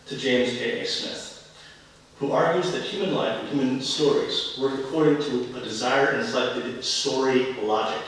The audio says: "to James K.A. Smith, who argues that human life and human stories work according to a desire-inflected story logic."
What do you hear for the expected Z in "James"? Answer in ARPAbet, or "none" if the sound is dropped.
Z